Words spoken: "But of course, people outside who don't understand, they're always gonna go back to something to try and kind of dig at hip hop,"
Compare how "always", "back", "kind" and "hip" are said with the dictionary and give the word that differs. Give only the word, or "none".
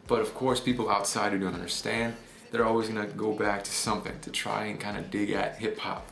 none